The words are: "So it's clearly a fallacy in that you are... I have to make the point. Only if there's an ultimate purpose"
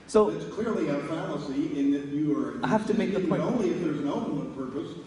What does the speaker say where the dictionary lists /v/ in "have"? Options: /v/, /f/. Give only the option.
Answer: /f/